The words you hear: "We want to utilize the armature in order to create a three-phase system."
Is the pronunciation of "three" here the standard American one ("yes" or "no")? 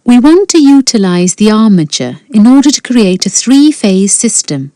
yes